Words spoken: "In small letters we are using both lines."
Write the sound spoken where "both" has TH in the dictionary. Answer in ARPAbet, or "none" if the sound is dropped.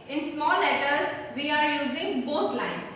T